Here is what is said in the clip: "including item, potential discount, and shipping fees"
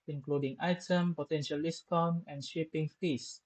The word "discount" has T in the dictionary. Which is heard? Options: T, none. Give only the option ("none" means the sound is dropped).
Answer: none